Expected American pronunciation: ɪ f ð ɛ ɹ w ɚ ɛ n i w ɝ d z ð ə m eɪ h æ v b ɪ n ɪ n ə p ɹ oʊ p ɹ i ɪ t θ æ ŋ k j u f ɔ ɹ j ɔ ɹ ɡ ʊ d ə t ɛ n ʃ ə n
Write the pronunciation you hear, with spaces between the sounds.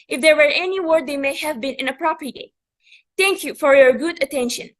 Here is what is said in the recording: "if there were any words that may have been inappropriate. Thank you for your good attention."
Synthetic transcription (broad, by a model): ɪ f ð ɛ ɹ w ɚ ɛ n i w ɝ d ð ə m eɪ h æ v b ɪ n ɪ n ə p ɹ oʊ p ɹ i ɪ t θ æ ŋ k j u f ɔ ɹ j ɔ ɹ ɡ ʊ d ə t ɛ n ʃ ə n